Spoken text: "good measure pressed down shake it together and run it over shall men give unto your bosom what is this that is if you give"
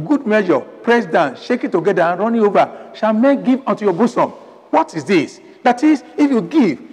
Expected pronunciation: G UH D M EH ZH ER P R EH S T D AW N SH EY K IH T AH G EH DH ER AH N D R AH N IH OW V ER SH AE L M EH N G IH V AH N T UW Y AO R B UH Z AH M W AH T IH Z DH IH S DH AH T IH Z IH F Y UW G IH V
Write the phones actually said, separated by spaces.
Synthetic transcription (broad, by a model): G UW D M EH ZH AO P R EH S D AW N SH EY K IH T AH G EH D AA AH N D R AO N IH OW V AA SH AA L M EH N G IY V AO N T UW Y AO B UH S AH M W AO T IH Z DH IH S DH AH T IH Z IH F Y UW G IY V